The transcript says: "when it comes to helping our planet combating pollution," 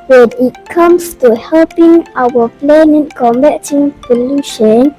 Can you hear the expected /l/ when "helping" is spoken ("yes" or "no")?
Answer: yes